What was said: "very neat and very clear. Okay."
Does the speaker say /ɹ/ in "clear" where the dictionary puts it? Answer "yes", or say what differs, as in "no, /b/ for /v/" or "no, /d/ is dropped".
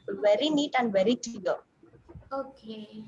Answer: no, /l/ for /ɹ/